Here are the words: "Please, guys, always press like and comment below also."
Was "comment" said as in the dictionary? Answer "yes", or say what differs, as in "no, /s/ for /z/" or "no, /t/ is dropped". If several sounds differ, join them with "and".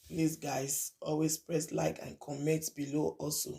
no, /n/ is dropped